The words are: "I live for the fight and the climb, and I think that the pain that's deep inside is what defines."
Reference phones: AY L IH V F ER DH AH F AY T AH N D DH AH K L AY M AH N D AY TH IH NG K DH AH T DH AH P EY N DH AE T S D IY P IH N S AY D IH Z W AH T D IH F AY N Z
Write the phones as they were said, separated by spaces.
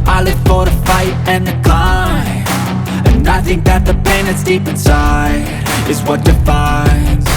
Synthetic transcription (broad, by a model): AY L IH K F ER DH AH F AY T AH N DH AH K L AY AH N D AY TH IH NG K DH AH T DH AH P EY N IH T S D IY P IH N S AY IH Z W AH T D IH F AY N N